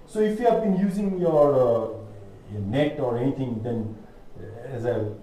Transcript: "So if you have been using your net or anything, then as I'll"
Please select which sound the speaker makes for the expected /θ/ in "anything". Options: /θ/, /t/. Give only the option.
/t/